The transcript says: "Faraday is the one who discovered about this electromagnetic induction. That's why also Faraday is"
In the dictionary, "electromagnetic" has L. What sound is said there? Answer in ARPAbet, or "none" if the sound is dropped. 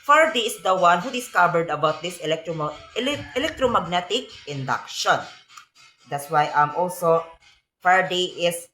L